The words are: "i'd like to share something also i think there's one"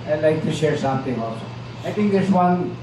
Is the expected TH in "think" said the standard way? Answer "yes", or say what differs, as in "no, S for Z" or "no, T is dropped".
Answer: no, T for TH